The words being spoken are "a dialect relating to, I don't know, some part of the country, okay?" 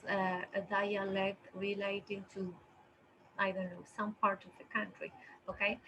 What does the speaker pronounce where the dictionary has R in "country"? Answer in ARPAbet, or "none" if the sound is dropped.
R